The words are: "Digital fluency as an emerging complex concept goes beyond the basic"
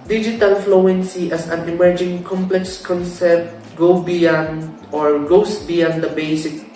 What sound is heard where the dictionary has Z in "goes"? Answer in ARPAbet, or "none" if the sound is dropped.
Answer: S